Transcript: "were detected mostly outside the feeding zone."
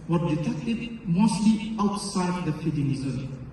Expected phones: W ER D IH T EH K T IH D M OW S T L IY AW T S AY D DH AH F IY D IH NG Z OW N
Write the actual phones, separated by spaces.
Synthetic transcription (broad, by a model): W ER D IH T EH K T IH D M OW S T L IY AW T S AY D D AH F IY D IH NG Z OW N